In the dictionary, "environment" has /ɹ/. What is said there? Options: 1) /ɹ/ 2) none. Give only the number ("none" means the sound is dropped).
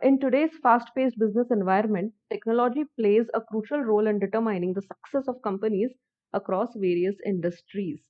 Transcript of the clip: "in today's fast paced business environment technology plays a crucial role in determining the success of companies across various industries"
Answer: 1